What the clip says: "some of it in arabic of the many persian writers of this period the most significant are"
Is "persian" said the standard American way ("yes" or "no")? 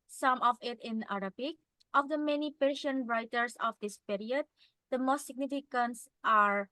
no